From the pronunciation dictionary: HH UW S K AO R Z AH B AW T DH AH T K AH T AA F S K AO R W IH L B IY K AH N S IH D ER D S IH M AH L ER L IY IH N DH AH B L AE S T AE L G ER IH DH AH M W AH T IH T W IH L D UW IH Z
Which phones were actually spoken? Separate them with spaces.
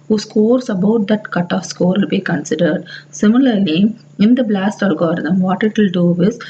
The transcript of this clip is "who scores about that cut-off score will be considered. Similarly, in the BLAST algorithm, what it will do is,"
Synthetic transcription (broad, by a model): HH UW S K AO R S AH B AW T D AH T K AH T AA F S K AO R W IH L B IY K AH N S IH D ER D S IH M AH L ER L IY IH N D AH B L AE S T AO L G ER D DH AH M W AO T IH T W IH L D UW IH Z